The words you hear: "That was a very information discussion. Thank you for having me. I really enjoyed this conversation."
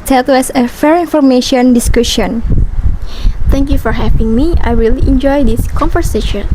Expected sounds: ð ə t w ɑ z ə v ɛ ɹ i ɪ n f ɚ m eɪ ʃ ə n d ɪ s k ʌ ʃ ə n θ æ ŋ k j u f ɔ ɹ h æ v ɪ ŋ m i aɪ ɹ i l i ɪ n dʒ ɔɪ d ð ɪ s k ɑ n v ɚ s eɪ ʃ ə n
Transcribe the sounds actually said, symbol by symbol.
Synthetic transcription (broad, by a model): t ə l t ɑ s ə f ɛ ɹ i n f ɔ m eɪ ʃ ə n d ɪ s k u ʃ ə n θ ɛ ŋ k j u f ɔ ɹ h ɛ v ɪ ŋ m i aɪ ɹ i l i n dʒ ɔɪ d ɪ s k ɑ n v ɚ s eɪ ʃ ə n